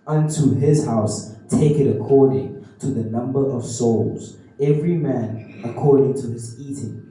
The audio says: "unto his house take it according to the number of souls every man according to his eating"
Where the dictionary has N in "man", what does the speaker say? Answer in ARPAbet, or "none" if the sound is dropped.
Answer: N